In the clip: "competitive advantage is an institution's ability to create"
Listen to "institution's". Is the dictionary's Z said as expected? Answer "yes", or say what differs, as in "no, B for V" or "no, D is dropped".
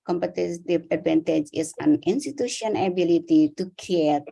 no, Z is dropped